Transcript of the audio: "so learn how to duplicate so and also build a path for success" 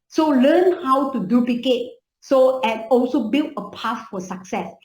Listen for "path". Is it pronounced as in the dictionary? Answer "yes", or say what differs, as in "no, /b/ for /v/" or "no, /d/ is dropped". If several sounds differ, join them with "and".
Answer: no, /f/ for /θ/